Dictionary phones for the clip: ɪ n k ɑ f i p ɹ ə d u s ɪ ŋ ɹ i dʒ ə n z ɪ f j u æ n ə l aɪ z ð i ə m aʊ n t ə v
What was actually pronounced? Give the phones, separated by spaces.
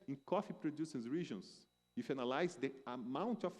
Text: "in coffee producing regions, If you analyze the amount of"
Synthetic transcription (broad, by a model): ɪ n k ɑ f i p ɹ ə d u s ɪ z ɹ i ʒ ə n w ɪ f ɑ n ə l aɪ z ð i ə m aʊ n t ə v